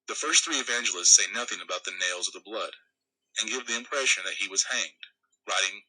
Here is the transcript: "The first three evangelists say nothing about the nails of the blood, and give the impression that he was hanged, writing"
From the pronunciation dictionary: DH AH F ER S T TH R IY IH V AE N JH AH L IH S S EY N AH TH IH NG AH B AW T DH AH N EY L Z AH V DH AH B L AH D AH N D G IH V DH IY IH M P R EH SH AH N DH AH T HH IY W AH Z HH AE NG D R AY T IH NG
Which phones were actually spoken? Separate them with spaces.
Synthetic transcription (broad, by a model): DH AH F ER S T TH R IY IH V AE N JH L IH S S EY N AH TH IH NG AH B AW T DH AH N EY L Z AH V DH AH B L AH D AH N G IH V DH IY IH M P R EH SH AH N DH AH T HH IY W AH Z HH AE NG D R AY T IH NG